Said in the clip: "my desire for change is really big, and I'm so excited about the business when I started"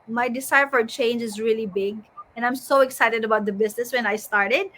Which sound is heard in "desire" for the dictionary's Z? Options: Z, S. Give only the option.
S